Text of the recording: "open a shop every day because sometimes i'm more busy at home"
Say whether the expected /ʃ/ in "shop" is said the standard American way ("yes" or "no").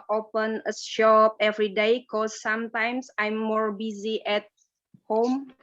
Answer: yes